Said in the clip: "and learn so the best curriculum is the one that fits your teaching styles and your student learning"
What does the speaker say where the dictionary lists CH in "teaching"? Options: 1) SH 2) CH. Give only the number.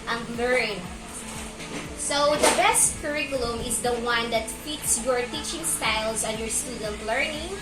2